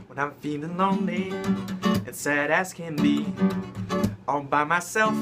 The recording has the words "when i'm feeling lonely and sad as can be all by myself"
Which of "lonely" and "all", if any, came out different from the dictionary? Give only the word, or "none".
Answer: all